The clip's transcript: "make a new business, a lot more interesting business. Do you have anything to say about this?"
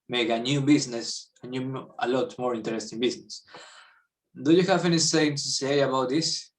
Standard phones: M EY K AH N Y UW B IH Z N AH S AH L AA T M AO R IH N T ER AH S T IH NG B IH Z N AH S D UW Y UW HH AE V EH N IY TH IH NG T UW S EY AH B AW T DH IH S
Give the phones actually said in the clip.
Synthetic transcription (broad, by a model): M EY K AH N Y UW B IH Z N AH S AH L AA T M AO R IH N T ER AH S T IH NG B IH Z N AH S D UW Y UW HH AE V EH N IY S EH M T UW S EY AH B AW T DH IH S